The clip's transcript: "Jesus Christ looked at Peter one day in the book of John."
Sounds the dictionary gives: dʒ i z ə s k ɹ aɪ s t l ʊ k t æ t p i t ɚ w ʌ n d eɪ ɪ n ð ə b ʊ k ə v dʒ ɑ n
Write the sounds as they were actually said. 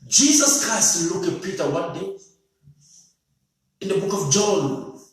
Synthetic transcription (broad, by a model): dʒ i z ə s k ɹ aɪ s t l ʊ k æ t p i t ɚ w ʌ n d eɪ ɪ n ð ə b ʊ k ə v dʒ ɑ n